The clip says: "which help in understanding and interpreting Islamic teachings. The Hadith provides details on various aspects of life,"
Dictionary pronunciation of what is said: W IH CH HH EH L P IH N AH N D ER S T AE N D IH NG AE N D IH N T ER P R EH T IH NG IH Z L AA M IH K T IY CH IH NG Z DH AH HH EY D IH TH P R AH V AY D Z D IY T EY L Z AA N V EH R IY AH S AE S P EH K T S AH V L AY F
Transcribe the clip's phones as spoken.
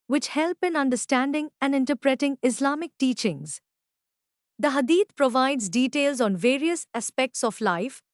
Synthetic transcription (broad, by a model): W IH CH HH EH L P IH N AH N D ER S T AE N D IH NG AE N D IH N T ER P R EH T IH NG IH S L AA M IH K T IY CH IH NG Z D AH HH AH D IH T P R AH V AY D Z D IY T EY L Z AA N V EH R IY AH S AE S P EH K T S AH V L AY F